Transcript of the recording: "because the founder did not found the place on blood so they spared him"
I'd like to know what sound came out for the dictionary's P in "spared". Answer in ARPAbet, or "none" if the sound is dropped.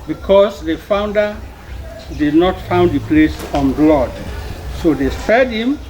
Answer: none